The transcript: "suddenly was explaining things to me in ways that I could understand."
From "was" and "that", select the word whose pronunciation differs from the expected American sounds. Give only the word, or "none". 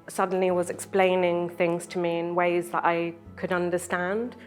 none